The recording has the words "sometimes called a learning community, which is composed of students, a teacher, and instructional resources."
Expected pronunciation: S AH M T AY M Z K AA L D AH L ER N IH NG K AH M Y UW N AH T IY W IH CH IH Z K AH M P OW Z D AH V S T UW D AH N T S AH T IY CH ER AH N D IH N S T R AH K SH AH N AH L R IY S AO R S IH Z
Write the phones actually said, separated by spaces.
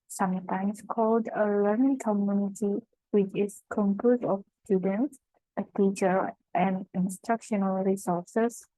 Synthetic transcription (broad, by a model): S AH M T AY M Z K AA L D AH L ER N IH NG K AH M Y UW N AH T IY W IH CH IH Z K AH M P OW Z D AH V S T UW D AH N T S AH T IY CH ER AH N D IH N S T R AH K SH AH N AH L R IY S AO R S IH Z